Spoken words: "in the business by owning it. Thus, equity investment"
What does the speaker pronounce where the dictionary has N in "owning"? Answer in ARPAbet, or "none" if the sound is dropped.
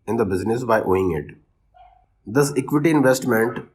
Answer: none